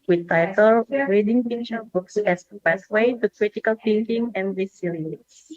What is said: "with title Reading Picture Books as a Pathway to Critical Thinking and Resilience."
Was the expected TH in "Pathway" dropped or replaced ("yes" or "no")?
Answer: yes